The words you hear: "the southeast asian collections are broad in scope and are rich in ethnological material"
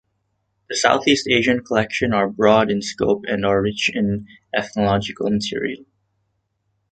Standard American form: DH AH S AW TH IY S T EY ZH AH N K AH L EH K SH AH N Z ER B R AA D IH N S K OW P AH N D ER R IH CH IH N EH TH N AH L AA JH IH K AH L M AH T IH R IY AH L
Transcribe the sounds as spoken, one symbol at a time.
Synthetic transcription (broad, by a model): DH AH S AW TH IY S T EY ZH AH N K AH L EH K SH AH N ER B R AA D IH N S K OW P AH N D ER R IH CH IH N EH TH N AH L AA JH IH K AH L M AH T IH R IY AH L